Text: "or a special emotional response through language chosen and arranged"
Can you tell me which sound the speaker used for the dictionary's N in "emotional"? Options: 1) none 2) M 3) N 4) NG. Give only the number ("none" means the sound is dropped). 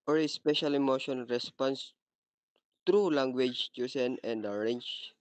1